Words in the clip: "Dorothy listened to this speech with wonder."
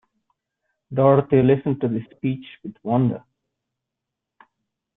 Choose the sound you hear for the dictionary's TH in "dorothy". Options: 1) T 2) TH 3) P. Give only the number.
1